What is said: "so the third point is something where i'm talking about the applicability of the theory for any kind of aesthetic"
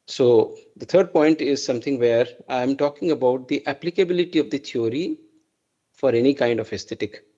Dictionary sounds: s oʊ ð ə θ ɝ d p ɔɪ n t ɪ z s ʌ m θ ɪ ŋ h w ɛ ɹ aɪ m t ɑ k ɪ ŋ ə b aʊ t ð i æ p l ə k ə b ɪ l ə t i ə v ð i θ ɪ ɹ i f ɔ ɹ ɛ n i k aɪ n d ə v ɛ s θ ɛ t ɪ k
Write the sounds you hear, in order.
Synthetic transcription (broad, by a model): s oʊ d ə t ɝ d p ɔɪ n t ɪ z s ʌ m t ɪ ŋ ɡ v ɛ ɹ aɪ m t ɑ k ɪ ŋ ə b aʊ t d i æ p l ə k ə b ɪ l ə t i ə v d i t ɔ ɹ i f ɔ ɹ ɛ n i k aɪ n d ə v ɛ s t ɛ t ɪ k